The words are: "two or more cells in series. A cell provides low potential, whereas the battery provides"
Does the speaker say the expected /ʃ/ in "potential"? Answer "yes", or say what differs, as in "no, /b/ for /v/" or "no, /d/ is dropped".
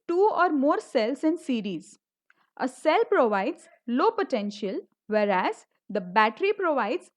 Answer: yes